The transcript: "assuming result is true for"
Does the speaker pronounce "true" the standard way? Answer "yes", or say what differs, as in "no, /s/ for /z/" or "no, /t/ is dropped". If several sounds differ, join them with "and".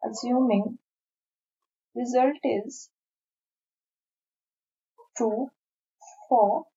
no, /ɹ/ is dropped